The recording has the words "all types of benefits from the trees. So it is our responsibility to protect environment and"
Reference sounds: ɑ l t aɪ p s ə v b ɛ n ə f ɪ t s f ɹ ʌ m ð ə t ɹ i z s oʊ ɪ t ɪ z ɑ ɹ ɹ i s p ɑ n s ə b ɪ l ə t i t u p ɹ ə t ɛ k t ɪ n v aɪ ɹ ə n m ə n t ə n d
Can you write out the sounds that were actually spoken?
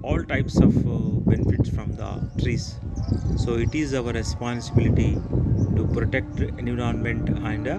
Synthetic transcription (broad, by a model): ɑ l t aɪ p s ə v b ɛ n ə f ɪ t s f ɹ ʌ m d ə t ɹ i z s oʊ ɪ t ɪ z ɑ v ɹ i s p ɑ n s ə b ɪ l ə t i t u p ɹ ə t ɛ k t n u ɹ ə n m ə n t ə n d